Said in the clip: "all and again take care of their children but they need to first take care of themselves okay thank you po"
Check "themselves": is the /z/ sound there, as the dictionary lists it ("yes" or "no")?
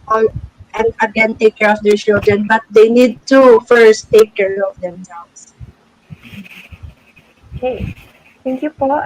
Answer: no